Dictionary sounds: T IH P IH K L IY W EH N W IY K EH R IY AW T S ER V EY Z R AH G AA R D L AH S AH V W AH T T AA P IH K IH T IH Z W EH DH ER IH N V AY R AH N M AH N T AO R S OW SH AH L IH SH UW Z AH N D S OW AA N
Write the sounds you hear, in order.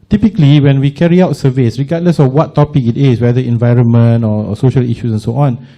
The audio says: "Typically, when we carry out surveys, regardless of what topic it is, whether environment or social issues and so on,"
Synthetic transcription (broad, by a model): T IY P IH K L IY W EH N W IY K EH R IY AW T S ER V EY S R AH G AA D L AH S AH F W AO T T AA P IH K IH T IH S W EH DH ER IH N V AY R AH N M AH N T AO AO S OW SH AH L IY SH UW S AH N S OW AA N